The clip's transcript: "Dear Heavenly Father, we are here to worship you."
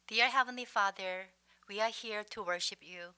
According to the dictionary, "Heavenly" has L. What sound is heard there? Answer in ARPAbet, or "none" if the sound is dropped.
L